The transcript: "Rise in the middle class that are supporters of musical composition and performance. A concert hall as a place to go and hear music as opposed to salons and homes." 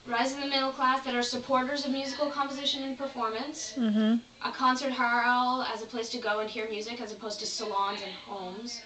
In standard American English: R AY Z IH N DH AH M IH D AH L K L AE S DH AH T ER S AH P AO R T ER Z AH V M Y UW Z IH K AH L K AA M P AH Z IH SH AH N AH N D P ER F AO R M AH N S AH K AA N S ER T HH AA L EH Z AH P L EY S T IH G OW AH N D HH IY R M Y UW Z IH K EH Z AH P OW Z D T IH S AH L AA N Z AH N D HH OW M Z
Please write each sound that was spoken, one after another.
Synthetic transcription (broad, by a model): R AY Z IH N DH AH M IH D L K L AE S DH AH T ER S AH P AO R T ER Z AH V M Y UW Z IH K L K AA M P AH Z IH SH AH N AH N P ER F AO R M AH N S AH K AA N S ER T HH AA L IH Z AH P L EY S T IH G OW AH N HH IY R M Y UW Z IH K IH Z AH P OW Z T IH S AH L AA N Z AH N HH OW M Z